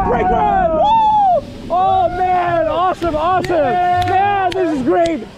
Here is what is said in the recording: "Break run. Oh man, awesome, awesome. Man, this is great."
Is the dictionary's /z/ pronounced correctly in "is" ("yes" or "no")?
yes